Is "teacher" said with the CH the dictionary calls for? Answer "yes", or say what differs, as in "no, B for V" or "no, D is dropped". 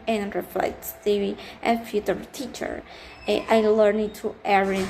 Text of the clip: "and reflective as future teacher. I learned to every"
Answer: yes